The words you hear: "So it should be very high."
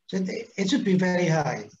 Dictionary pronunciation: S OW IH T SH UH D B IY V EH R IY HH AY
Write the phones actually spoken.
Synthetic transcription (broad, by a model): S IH IH T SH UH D B IY V EH R IY HH AY